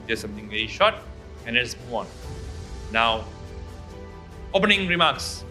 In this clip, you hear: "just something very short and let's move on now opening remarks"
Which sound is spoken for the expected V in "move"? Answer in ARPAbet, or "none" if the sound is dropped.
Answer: none